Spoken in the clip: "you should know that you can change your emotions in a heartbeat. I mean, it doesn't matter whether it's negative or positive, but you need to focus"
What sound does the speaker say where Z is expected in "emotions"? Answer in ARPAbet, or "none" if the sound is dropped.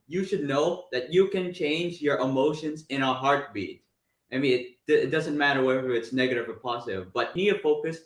Z